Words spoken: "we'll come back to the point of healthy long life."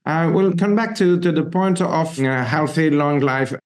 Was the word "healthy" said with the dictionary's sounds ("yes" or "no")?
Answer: yes